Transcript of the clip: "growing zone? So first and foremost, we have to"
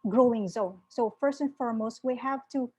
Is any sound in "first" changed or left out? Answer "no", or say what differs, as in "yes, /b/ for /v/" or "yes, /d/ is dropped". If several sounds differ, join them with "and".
no